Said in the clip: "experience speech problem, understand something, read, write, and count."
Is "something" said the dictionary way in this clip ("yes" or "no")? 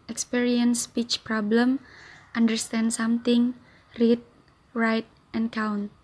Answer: no